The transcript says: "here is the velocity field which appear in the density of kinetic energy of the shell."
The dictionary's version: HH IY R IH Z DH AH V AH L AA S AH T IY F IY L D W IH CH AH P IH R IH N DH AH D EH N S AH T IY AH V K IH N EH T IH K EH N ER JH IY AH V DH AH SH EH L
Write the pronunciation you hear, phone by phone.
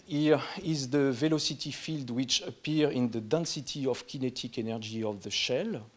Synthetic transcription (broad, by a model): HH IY R IH Z DH AH V AH L AA S AH T IY F IY L D W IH CH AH P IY R IH N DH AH D EH N S AH T IY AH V K IH N EH T IH K EH N ER JH IY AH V DH AH SH EH L